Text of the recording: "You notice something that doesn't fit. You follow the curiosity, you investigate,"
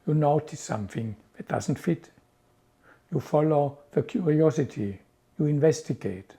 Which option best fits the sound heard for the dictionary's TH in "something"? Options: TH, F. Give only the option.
TH